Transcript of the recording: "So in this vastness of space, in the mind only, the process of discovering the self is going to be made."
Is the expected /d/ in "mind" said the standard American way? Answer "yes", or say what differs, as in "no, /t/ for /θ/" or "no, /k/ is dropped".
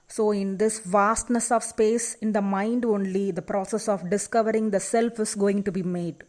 yes